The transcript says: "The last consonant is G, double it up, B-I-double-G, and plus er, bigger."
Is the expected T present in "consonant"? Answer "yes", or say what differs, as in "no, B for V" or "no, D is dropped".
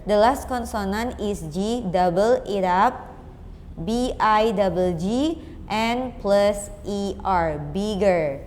no, T is dropped